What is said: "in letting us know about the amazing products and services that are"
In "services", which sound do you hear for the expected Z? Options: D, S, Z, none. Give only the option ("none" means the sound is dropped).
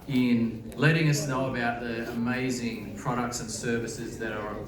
Z